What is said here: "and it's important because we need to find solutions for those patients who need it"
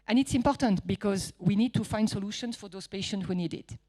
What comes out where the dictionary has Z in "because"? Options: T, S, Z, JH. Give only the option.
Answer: Z